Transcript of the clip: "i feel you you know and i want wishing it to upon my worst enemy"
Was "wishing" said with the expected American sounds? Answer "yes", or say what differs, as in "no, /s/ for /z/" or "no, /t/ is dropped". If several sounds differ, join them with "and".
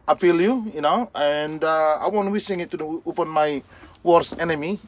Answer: no, /s/ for /ʃ/